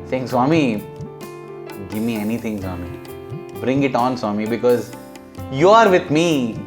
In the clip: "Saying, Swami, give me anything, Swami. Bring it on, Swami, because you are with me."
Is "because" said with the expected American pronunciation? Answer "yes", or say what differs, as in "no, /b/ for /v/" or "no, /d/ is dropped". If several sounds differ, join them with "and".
yes